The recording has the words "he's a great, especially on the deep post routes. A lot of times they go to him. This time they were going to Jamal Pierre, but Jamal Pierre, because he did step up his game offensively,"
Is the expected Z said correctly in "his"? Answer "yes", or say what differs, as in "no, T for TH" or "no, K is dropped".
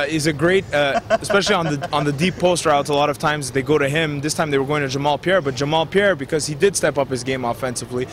yes